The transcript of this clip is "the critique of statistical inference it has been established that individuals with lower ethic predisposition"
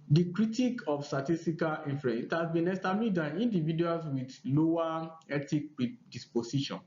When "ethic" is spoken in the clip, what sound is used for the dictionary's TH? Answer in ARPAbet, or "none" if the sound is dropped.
T